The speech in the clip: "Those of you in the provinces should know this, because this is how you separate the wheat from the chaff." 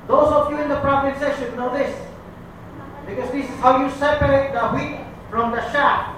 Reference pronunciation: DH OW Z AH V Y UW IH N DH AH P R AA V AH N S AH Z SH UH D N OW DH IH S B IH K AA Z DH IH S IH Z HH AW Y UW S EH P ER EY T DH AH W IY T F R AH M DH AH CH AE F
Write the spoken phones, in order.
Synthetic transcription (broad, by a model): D OW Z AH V Y UW IH N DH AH P R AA P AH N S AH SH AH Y N OW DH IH S B IH K AA Z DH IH S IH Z HH AW Y UW S EH P ER EY T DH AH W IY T F R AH M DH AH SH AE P